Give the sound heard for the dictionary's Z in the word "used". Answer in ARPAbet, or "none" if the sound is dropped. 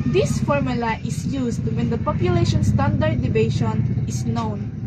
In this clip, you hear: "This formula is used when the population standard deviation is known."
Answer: S